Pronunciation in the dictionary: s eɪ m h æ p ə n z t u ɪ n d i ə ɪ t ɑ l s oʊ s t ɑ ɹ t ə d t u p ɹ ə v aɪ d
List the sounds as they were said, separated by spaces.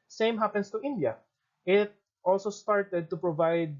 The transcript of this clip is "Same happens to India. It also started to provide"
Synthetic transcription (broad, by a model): s eɪ m h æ p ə n s t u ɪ n d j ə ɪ t ɑ l s oʊ s t ɑ ɹ t ə d t u p ɹ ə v aɪ d